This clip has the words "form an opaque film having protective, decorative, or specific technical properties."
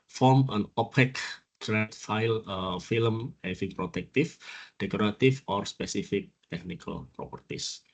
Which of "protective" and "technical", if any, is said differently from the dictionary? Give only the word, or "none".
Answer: protective